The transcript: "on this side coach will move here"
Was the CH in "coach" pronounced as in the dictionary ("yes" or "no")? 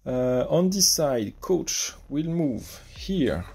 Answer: yes